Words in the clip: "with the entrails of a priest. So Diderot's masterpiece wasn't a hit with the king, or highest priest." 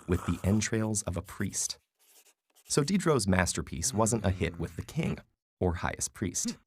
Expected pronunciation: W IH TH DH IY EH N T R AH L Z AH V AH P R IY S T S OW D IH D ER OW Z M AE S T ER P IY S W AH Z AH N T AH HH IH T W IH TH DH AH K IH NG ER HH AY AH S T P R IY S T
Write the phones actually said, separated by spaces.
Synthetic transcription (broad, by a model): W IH DH IY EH N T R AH L Z AH V AH P R IY S T S OW D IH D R OW Z M AE S T ER P IY S W AH Z AH N T AH HH IH T W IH DH AH K IH NG ER HH AY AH S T P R IY S T